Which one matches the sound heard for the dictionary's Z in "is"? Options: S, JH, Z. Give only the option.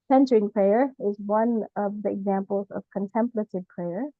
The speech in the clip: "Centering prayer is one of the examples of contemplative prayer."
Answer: Z